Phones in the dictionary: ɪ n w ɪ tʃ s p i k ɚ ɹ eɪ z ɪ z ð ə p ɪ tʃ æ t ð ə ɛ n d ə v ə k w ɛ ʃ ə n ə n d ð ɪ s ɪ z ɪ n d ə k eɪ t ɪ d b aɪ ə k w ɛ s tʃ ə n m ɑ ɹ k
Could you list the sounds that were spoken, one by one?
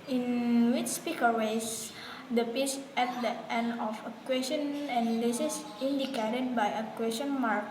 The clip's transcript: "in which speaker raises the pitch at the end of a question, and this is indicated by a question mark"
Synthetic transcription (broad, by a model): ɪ n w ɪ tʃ s p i k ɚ w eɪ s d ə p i s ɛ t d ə ɛ n d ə f ə k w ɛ s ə n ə n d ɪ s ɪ s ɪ n d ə k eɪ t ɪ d b aɪ ə k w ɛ s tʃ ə n m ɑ ɹ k